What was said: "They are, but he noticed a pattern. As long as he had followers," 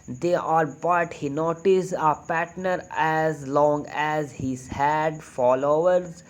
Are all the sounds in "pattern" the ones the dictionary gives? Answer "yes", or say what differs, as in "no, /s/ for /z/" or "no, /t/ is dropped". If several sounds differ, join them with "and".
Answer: no, /n/ is dropped